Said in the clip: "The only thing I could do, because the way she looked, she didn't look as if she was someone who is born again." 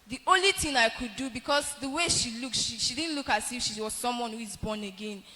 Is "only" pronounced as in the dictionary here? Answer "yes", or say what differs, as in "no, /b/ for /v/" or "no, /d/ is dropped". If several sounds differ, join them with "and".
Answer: yes